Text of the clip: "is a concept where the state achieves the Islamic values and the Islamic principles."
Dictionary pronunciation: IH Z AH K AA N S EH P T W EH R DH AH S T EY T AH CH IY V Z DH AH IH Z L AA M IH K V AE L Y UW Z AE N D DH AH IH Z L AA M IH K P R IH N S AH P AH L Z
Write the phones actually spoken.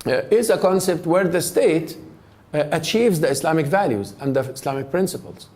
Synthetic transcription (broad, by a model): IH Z AH K AA N S EH P T W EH R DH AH S T EY T AH CH IY V Z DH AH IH S L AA M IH K V AE L Y UW Z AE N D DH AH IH S L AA M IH K P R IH N S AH P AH L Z